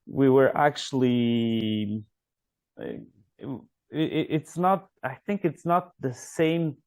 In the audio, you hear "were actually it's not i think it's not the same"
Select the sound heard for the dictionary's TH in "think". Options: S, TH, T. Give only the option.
TH